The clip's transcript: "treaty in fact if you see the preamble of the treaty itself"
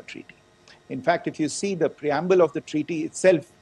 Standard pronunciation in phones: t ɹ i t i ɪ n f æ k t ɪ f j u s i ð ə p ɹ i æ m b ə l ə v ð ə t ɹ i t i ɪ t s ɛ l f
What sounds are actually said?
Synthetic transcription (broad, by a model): t ɹ i t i ɪ n f æ k t ɪ f j u s i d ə p ɹ i æ m b ə l ə v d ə t ɹ i t i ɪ t s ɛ l f